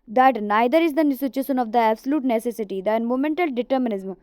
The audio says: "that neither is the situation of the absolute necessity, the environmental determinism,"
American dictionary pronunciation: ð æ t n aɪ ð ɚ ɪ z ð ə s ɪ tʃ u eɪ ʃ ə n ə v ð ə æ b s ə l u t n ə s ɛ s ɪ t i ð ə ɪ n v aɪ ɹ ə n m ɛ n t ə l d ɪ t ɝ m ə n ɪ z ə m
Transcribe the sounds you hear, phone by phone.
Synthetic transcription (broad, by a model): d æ t n aɪ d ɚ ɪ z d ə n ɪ s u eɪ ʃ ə n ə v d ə æ b s ə l u t n ə s ɛ s ɪ t i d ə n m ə m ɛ n t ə l d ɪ t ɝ m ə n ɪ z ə m